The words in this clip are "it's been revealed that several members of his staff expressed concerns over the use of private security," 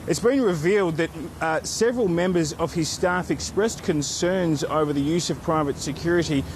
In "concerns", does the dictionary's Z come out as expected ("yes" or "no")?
yes